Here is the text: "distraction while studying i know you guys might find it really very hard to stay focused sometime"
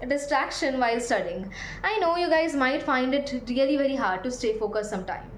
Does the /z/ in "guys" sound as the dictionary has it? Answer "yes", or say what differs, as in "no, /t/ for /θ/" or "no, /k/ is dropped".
yes